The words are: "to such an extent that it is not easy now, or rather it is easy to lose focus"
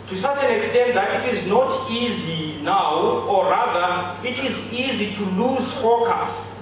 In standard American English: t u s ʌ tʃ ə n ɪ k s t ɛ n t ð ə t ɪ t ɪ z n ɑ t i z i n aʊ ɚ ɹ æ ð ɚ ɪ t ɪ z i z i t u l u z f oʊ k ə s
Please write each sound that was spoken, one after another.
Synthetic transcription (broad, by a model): t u s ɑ tʃ ə n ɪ k s t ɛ n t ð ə t ɪ t ɪ z n ɑ t i z i n aʊ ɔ ɹ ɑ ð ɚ ɪ t ɪ z i z i t u l u z f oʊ k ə s